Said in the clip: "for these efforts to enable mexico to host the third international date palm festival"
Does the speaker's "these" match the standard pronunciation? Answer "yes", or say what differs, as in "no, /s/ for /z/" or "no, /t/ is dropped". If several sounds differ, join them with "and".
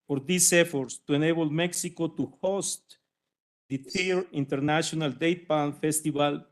no, /s/ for /z/